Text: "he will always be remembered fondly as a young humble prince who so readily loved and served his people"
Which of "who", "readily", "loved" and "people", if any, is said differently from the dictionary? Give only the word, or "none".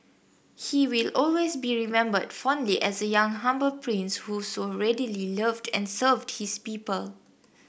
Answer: none